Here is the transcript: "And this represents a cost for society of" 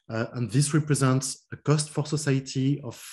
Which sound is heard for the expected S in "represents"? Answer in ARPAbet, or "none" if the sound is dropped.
S